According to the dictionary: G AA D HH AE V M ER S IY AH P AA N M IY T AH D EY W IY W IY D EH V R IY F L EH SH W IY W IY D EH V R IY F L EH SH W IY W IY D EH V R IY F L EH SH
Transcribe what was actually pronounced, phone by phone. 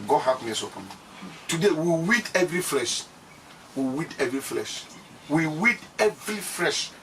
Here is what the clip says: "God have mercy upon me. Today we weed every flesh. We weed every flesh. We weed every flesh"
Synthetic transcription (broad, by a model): G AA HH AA P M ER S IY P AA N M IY T AH D EY W IY W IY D EH V R IY F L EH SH W IY W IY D EH V R IY F L EH SH W IY W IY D EH V R IY F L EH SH